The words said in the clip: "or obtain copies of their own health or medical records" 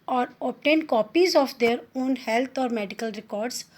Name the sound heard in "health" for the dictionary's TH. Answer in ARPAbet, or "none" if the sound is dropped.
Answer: T